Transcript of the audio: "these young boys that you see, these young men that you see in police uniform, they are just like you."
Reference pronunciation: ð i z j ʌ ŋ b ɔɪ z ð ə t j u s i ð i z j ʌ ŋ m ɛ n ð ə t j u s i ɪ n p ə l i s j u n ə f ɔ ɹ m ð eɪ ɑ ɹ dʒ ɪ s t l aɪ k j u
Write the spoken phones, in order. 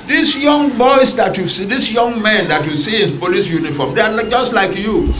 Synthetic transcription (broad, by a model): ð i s j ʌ ŋ b ɔɪ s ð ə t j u s i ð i s j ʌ ŋ m ɛ n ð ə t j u s i ɪ n p ə l i s j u n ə f ɔ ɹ m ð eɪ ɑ l dʒ ɪ s t l aɪ k j u